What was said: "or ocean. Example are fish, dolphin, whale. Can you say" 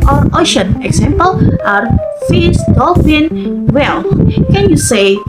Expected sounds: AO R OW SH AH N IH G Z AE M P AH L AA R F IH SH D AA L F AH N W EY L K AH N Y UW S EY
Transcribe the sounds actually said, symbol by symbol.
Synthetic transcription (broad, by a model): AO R OW SH AH N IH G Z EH M P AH L AA R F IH S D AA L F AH N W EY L K AH N Y UW S EY